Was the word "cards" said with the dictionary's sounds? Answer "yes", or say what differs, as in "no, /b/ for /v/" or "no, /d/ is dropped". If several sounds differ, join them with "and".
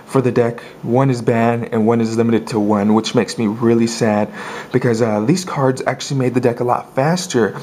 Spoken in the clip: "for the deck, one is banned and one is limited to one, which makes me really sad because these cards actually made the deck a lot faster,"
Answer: yes